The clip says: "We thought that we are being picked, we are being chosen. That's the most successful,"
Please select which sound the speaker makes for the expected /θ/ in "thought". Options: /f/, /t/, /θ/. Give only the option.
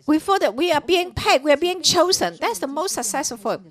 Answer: /f/